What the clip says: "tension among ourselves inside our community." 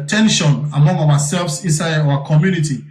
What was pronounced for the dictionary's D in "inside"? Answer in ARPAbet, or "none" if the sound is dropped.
none